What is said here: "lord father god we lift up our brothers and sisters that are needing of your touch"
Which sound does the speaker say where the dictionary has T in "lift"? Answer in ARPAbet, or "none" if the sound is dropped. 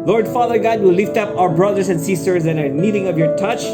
T